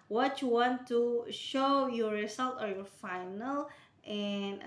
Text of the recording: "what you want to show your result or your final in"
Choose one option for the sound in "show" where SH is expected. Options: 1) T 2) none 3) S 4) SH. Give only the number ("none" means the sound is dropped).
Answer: 4